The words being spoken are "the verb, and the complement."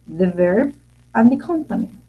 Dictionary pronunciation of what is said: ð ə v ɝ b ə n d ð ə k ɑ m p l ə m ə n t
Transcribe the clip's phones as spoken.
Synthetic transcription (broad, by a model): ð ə v ɝ b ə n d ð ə k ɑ m p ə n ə